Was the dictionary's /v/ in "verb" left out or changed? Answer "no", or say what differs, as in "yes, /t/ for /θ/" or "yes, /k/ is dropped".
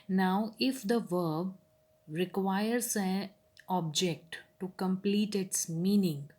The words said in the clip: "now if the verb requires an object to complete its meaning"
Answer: no